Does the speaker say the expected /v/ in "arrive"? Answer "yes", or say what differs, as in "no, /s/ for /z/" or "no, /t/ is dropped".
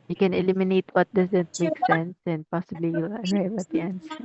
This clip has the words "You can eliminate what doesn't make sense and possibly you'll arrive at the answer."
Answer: no, /w/ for /v/